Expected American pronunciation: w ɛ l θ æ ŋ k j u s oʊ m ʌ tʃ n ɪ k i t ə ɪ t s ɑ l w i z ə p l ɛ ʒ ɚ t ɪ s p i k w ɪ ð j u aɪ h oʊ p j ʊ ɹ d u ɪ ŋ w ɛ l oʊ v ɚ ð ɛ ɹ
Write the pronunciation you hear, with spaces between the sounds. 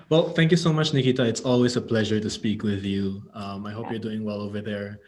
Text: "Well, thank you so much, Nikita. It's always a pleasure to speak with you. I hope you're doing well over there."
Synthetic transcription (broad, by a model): w ɛ l θ æ ŋ k j u s oʊ m ʌ tʃ n ɪ k i t ə ɪ t s ɑ l w i z ə p l ɛ ʒ ɚ t ɪ s p i k w ɪ ð j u aɪ h oʊ p j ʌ ɹ d u ɪ ŋ w ɛ l oʊ v ɚ ð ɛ ɹ